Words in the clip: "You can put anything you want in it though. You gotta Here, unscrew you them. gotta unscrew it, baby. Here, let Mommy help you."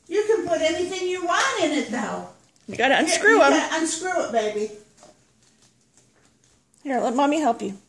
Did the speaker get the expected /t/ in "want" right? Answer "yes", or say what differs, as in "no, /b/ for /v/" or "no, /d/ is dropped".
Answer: yes